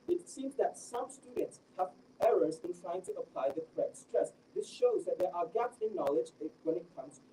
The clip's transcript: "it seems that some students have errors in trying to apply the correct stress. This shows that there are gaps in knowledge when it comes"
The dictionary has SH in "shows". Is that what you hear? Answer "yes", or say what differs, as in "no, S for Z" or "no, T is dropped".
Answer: yes